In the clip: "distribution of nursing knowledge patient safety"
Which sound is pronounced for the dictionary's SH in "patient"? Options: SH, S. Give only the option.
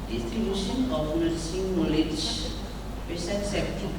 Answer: S